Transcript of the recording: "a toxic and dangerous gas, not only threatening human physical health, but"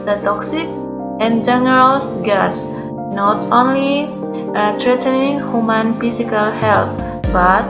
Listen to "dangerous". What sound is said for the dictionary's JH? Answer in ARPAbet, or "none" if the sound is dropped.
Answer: none